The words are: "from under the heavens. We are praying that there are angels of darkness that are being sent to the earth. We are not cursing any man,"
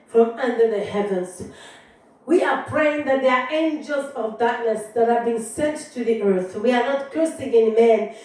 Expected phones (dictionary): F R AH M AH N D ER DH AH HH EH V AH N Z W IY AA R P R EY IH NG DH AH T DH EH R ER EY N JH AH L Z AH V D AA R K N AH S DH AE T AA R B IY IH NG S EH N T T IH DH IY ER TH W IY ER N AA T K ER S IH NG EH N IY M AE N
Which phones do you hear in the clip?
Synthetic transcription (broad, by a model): F R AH M AH N D ER DH AH HH EH V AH N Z W IY AA R P R EY IH NG DH AH T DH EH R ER EY N JH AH L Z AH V D AA R K N AH S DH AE T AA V B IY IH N S EH N T T IH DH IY ER TH W IY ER N AA T K ER S IH NG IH N M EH N